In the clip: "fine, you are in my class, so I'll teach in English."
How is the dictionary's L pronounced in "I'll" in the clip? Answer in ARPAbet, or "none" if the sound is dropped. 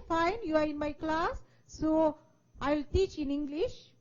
L